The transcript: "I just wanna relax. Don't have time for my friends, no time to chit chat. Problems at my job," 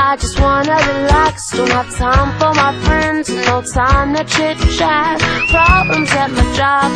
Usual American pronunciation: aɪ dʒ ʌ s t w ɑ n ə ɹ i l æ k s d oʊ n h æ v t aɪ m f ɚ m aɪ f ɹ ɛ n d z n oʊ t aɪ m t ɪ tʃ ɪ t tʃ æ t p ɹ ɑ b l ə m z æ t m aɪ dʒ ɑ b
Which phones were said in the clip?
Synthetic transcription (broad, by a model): aɪ dʒ ʌ s t w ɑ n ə ɹ i l æ k s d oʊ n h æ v t aɪ m f ɚ m aɪ f ɹ ɛ n d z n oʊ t aɪ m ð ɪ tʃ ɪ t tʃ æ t p ɹ ɑ b l ə m z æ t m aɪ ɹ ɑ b